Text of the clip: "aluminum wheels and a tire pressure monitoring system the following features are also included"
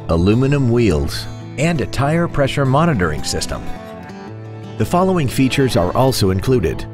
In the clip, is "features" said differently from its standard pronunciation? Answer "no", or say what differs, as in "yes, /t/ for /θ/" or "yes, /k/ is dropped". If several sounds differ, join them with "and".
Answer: no